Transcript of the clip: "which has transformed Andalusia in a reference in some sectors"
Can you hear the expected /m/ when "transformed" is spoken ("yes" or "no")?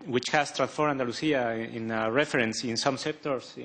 no